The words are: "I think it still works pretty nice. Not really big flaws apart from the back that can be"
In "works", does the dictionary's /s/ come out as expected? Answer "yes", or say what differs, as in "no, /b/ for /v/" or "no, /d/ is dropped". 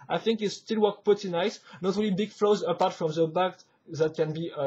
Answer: no, /s/ is dropped